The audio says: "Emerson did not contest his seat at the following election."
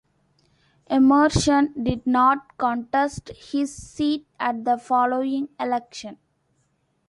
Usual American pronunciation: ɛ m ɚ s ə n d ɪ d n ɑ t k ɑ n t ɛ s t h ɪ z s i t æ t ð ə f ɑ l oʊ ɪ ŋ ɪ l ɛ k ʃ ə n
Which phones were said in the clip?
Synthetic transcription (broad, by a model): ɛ m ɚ ʃ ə n d ɪ d n ɑ t k ɑ n t ɛ s t h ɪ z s i t æ t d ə f ɑ l oʊ ɪ ŋ ɪ l ɛ k ʃ ə n